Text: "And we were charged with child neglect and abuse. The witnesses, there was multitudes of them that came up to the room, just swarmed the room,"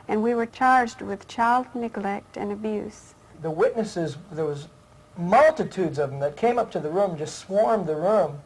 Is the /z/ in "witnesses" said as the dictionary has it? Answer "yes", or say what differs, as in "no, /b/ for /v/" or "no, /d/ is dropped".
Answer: yes